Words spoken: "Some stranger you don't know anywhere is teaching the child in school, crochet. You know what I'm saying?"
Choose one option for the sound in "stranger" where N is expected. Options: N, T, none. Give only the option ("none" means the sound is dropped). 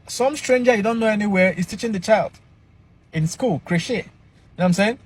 N